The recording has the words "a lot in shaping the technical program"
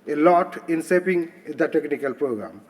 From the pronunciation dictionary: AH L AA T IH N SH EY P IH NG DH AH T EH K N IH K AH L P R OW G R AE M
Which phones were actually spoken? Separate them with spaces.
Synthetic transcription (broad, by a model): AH L AA T IH N S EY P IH NG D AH T EH K N IH K AH L P R OW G R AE M